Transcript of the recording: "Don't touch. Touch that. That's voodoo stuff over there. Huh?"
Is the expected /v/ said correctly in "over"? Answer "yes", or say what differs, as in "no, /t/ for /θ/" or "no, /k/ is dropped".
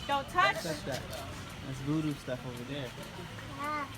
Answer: yes